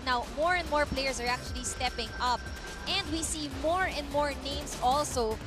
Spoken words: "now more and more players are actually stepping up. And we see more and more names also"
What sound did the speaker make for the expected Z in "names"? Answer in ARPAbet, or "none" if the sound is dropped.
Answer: S